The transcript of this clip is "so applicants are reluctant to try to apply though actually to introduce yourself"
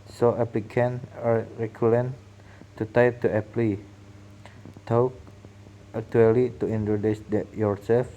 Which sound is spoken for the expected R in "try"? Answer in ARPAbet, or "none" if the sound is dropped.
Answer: none